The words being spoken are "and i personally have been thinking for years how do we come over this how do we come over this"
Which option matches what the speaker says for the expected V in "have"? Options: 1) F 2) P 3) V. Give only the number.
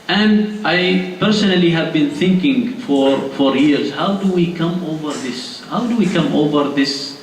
3